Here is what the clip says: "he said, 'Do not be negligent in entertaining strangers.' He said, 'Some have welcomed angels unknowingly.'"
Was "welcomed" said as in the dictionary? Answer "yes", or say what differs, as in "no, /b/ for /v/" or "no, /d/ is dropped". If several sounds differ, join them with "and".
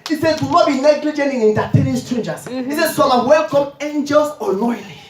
no, /d/ is dropped